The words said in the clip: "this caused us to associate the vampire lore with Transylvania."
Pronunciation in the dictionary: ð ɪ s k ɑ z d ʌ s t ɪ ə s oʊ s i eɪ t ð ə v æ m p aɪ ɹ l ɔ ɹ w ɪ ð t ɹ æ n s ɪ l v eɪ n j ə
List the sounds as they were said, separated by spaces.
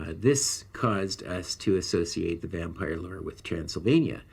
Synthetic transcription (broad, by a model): ð ɪ s k ɑ z d ʌ s t ɪ ə s oʊ s i eɪ t ð ə v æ m p aɪ ɹ l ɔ ɹ w ɪ ð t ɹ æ n s l v eɪ n j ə